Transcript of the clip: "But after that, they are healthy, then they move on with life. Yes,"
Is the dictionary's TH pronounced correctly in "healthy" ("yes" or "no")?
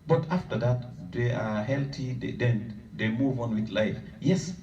no